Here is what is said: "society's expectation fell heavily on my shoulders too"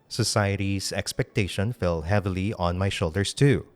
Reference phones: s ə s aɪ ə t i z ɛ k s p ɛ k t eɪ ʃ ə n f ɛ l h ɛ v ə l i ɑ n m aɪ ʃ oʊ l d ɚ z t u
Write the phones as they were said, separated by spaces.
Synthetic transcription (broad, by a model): s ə s aɪ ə t i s ɛ k s p ɛ k t eɪ ʃ ə n f ɛ l h ɛ v ə l i ɑ n m aɪ ʃ oʊ l d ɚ s t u